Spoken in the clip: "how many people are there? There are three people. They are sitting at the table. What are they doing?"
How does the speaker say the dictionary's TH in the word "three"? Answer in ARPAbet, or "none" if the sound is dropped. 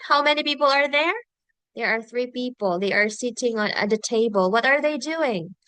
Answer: TH